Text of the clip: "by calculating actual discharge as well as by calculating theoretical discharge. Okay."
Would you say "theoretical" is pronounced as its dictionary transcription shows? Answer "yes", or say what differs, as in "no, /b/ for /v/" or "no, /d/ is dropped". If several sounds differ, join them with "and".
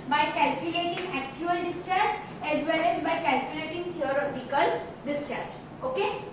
no, /t/ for /θ/